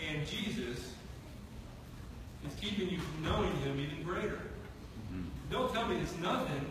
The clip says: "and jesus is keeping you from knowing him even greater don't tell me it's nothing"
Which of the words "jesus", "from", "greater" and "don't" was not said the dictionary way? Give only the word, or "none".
none